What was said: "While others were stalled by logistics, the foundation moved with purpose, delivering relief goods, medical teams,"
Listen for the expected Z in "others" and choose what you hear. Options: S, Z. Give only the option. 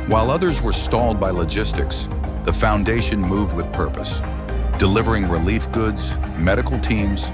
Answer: Z